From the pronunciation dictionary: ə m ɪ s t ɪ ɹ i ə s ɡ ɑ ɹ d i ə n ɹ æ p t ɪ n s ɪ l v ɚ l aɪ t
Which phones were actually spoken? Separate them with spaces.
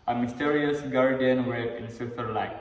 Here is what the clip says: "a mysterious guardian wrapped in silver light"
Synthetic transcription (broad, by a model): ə m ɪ s t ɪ ɹ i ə s ɡ ɑ ɹ d i ə n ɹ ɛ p ɪ n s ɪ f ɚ l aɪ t